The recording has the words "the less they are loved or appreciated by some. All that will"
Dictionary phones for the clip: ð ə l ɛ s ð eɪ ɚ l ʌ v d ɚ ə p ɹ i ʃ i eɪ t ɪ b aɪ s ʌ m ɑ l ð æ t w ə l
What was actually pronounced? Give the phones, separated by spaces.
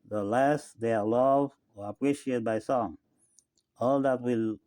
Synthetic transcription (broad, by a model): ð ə l ɛ s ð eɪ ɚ l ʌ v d ɚ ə p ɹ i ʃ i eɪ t b aɪ s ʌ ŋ ɑ l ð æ t w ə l